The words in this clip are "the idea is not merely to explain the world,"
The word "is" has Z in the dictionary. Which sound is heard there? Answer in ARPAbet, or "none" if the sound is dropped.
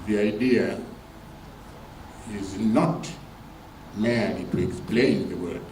Z